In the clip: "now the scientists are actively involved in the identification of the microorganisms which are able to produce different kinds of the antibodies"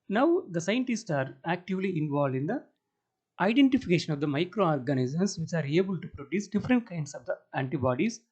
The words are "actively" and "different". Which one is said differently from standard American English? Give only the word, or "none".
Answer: none